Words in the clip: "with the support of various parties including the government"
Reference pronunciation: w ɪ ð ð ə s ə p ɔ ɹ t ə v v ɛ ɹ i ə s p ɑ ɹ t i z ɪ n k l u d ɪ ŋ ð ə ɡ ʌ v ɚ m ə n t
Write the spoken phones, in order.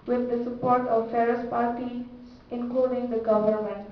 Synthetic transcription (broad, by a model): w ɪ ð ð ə s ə p ɔ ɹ t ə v f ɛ ɹ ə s p ɑ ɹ t i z ɪ n k l u d ɪ ŋ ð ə ɡ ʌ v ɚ m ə n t